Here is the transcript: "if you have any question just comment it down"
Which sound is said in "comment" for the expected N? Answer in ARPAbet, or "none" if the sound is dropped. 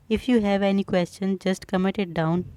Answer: none